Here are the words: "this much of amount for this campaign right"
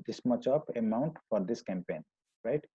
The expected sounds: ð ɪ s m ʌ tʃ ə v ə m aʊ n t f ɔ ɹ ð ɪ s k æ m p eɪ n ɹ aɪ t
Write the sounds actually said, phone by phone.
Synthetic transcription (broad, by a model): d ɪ s m ʌ tʃ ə p ə m aʊ n t f ɔ ɹ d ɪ s k æ m p eɪ n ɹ aɪ t